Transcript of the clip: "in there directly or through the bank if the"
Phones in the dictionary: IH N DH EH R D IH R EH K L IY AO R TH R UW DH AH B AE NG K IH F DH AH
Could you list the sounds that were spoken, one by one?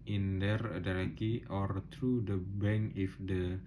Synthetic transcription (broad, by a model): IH N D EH R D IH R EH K IY AO R T R UW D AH B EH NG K IH F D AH